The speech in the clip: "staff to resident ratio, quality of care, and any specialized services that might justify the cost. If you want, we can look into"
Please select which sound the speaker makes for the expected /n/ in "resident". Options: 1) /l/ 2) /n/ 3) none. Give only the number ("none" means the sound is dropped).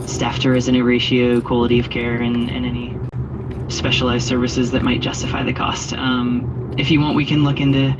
3